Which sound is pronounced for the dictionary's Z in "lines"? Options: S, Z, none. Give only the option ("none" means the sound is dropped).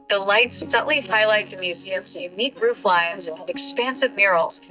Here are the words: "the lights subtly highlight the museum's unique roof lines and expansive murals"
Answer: Z